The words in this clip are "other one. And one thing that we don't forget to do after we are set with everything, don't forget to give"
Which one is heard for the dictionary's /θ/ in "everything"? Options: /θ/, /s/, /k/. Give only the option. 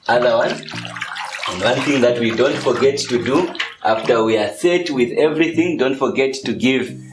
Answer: /θ/